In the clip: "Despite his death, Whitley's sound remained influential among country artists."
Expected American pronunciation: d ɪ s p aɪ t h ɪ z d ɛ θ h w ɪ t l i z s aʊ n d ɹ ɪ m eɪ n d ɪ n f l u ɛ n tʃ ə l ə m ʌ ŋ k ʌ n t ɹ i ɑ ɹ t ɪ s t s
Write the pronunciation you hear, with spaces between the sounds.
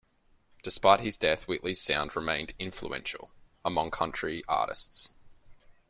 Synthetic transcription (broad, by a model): d ɪ s p aɪ t h ɪ z d ɛ θ w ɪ t l i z s aʊ n d ɹ ɪ m eɪ n d ɪ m f l u ɛ n ʃ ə l ə m ʌ ŋ k ʌ n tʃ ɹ i ɑ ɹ t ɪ s t s